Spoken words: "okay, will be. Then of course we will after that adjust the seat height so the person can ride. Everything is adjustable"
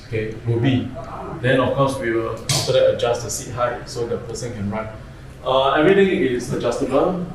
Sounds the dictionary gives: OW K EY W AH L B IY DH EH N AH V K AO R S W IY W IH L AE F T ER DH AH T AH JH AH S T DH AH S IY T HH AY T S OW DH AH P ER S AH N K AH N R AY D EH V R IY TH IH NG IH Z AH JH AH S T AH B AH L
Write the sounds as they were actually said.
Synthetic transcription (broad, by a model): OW K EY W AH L B IY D EH N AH F K AO S W IY W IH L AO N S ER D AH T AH JH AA S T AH S IY T HH AY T S OW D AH P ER S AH N K AH N R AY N EH V R IY T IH NG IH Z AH JH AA S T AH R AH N